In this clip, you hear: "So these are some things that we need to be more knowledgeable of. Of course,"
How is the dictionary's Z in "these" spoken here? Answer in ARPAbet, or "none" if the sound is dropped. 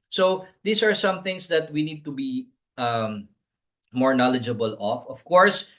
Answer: S